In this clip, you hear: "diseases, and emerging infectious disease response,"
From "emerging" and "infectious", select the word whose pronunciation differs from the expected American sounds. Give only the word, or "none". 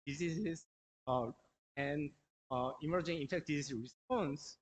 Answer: infectious